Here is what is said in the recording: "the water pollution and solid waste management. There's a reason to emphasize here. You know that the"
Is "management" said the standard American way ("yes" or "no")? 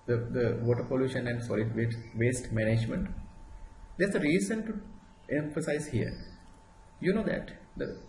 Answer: yes